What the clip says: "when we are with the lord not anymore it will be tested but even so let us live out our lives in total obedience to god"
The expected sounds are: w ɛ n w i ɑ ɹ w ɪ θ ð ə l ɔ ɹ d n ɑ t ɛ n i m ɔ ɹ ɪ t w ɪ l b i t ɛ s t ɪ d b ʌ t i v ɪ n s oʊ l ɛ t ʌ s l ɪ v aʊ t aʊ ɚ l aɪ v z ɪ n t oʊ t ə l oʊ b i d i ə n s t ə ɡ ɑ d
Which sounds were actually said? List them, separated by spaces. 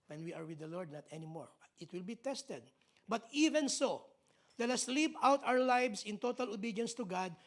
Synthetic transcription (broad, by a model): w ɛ n w i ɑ ɹ w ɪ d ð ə l ɔ ɹ d n ɑ t ɛ n i m ɔ ɹ ɪ t w ɪ l b i t ɛ s t ɪ d b ʌ t i v ɪ n s oʊ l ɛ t ʌ s l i p aʊ t aʊ ɚ l aɪ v s ɪ n t oʊ t ə l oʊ b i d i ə n s t ə ɡ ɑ d